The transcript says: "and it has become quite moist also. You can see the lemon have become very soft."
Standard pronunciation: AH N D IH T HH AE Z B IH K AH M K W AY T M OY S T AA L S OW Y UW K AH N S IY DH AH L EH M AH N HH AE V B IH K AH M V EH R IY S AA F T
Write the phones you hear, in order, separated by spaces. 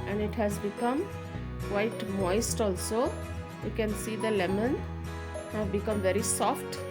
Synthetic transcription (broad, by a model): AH N D IH T HH AE Z B IH K AH M K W AY T M OY S T AA L S OW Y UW K AH N S IY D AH L EH M AH N HH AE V B IH K AH M V EH R IY S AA F T